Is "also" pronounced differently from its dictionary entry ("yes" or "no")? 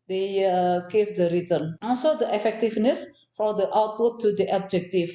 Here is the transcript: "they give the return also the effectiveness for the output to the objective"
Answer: yes